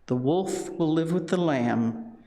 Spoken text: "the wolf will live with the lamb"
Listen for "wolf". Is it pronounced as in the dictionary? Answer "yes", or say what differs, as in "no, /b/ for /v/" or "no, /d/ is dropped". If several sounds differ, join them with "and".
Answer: yes